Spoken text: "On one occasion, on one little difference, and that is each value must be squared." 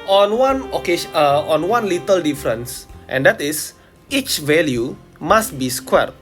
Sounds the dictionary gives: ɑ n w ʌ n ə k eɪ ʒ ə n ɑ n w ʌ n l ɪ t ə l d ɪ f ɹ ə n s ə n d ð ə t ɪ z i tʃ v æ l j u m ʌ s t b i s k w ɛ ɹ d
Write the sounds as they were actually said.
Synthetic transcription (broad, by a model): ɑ n w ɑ n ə k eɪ ʃ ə ɑ n w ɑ n l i t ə l d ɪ f ɹ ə n s ə n d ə t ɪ s i tʃ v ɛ l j u m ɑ s t b i s k w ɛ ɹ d